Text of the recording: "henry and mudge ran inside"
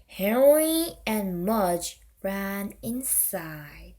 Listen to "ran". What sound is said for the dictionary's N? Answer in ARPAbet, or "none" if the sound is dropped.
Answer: N